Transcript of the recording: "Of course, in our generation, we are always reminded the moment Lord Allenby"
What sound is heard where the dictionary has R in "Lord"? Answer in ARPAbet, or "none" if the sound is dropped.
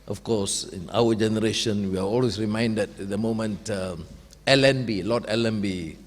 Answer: L